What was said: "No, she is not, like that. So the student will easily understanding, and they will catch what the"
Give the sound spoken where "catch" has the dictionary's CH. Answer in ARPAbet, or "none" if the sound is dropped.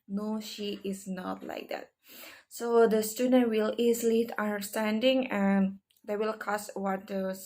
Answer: S